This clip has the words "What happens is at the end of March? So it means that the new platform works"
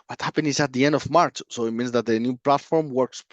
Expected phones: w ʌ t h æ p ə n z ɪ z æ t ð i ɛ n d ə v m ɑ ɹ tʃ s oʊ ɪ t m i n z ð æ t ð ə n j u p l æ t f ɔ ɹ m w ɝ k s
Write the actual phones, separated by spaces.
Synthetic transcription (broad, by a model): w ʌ t h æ p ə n ɪ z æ t ð i ɛ n d ə v m ɑ ɹ tʃ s oʊ ɪ t m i n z ð æ t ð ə n j u p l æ t f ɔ ɹ m w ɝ k s